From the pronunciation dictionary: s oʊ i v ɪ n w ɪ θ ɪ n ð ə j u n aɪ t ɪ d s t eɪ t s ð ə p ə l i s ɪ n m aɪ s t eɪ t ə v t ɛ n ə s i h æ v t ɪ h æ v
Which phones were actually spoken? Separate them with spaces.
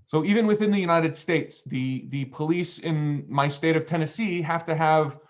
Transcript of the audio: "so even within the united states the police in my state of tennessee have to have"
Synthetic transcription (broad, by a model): s oʊ i v ɪ n w ɪ θ ɪ n ð ə j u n aɪ t ɪ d s t eɪ t s ð ə p ə l i s ɪ n m aɪ s t eɪ t ə v t ɛ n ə s i h æ f t ɪ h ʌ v